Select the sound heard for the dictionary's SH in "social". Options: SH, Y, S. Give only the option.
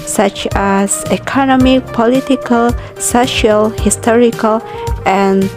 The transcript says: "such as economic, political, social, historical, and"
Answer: SH